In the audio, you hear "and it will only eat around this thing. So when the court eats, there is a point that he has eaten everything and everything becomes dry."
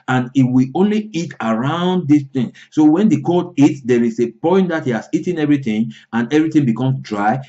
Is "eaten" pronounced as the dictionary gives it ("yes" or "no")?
yes